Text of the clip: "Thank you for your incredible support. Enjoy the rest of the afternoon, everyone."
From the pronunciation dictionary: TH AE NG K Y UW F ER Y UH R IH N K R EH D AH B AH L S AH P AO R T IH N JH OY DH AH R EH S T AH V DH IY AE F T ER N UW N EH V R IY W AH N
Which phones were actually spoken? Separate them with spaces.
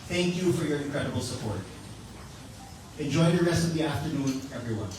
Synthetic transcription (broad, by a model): TH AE NG K Y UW F ER Y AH R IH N K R EH D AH B L S AH P AO R T IH N JH OY DH AH R EH S T AH V DH IY AE F T ER N UW N EH V R IY W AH N